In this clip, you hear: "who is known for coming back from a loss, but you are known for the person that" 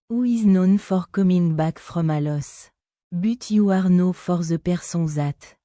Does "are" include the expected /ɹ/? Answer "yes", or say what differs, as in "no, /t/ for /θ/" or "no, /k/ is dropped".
yes